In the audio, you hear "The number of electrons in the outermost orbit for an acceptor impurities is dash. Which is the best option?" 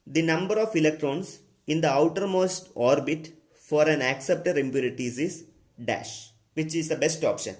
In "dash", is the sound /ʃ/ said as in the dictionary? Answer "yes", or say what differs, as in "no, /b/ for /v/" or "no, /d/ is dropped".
yes